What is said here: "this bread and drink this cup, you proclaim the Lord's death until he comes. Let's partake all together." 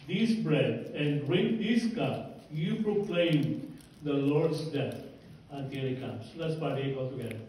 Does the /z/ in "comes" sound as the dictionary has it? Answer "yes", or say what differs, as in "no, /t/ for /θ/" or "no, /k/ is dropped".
no, /s/ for /z/